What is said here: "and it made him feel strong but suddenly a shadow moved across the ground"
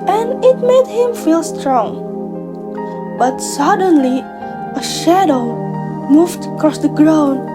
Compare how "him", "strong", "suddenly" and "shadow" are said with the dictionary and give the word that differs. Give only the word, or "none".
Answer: none